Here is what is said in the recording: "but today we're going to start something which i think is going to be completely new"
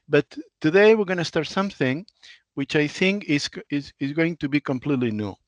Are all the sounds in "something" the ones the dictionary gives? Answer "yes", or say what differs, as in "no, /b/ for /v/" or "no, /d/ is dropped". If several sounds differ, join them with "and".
yes